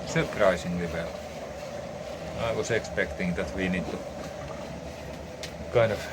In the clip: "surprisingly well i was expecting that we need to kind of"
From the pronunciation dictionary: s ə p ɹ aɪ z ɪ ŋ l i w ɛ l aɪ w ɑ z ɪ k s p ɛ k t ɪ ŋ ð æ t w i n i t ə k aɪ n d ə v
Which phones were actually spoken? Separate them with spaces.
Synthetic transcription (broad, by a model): s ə p ɹ aɪ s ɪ ŋ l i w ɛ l aɪ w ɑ s ɪ k s p ɛ k t ɪ ŋ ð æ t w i n i t ə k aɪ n ə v